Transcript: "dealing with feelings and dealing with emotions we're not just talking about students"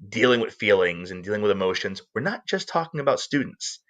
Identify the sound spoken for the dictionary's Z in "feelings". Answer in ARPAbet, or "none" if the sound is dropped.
Z